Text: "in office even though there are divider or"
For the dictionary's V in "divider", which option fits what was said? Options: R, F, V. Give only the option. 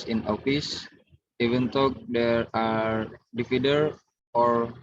F